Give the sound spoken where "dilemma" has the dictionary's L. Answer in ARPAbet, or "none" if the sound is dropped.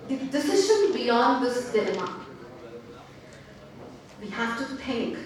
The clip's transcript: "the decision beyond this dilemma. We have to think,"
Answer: N